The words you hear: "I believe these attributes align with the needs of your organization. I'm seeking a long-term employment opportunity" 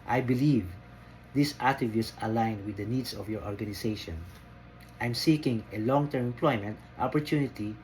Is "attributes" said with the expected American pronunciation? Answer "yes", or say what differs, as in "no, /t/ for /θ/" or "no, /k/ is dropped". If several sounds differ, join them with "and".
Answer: no, /ɹ/ is dropped